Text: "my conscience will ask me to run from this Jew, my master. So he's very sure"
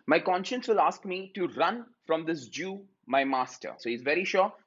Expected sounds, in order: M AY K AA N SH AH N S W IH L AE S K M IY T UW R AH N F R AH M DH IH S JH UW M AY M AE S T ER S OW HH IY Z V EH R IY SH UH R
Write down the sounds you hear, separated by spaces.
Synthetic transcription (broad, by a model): M AY K AA N SH AH N S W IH L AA S K M IY T UW R AH N F R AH M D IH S JH UW M AY M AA S T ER S OW HH IY Z V EH R IY SH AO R